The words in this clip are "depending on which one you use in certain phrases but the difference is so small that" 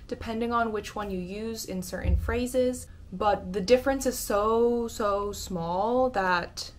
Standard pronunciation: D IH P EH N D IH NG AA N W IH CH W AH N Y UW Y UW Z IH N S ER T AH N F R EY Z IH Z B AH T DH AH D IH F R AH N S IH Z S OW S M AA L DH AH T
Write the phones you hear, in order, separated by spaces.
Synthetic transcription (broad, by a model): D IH P EH N D IH NG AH N W IH CH W AH N Y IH Y UW Z IH N S ER T N F R EY Z IH Z B AH T DH AH D IH F R AH N S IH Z S OW S M AA L DH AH T